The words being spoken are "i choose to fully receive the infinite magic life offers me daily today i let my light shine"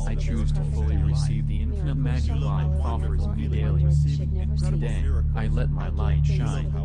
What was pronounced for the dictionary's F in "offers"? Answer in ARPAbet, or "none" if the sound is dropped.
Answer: F